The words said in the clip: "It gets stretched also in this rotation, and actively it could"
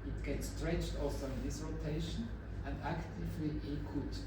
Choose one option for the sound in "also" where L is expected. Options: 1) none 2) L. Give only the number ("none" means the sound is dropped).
1